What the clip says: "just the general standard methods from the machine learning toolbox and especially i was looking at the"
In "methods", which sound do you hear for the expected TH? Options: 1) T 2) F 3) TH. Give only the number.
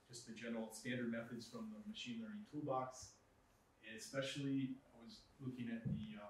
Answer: 3